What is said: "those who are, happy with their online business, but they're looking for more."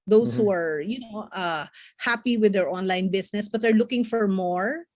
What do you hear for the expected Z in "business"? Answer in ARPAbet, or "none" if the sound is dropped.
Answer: S